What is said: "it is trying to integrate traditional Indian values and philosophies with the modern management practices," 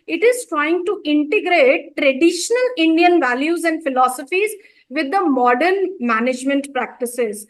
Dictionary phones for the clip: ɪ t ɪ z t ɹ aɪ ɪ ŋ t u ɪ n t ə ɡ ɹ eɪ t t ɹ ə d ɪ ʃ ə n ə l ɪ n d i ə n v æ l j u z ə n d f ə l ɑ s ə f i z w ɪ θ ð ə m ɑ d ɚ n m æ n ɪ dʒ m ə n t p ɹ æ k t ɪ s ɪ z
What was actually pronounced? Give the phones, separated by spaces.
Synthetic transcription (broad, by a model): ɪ t ɪ z t ɹ aɪ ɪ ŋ t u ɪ n t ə ɡ ɹ eɪ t t ɹ ə d ɪ ʃ ə n ə l ɪ n d i ə n v æ l j u z ə n d f ə l ɑ s ə f i z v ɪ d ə m ɑ d ɚ n m æ n ɪ dʒ m ə n t p ɹ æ k t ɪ s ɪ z